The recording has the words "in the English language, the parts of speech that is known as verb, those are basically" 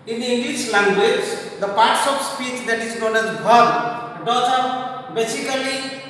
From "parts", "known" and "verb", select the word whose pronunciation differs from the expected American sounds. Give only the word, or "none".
verb